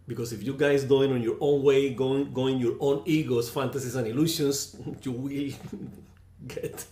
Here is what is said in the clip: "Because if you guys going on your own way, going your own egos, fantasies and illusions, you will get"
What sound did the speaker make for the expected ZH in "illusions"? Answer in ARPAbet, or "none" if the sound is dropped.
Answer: S